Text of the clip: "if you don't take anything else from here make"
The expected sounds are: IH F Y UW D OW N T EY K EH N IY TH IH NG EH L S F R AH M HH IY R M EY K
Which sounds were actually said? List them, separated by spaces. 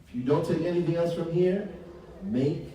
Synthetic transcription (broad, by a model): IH F Y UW D OW N T EY K EH N IY TH IH NG EH L S F R AH M HH IY R M EY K